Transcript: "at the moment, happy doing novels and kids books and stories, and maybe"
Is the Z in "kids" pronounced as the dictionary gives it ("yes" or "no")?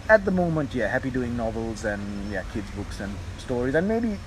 yes